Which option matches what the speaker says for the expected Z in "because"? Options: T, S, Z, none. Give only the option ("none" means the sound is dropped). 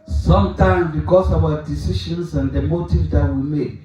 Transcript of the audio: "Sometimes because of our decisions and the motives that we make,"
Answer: S